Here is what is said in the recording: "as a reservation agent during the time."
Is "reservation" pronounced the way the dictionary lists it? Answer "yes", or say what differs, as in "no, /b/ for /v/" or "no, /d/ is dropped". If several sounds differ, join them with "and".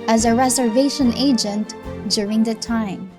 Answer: yes